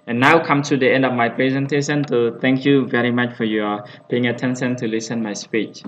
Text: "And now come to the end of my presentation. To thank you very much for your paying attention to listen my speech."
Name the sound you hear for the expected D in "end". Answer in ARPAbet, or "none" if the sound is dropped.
D